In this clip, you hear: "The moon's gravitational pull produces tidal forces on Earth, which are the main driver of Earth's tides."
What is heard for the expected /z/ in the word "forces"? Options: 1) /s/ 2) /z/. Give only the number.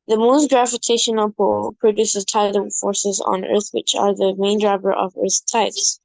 2